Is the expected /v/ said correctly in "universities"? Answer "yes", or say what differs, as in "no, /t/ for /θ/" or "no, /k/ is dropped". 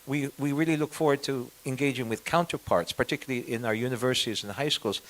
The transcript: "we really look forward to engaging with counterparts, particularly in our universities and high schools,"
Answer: yes